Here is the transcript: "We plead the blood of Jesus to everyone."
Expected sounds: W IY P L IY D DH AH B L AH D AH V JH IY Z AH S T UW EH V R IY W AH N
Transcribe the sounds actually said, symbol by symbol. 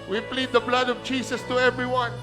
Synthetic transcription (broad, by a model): W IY P L IY D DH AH B L AH D AH V JH IY S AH S T UW EH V R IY W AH N